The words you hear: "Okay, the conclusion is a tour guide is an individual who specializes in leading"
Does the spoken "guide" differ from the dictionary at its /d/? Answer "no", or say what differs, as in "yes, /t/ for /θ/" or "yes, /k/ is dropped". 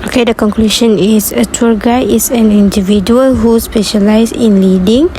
yes, /d/ is dropped